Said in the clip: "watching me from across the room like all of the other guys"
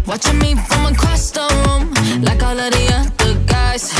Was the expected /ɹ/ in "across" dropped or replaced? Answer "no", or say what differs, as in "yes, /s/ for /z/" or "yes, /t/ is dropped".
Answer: yes, /ɹ/ is dropped